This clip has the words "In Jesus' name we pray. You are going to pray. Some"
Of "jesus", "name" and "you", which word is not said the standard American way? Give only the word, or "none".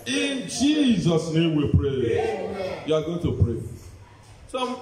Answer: none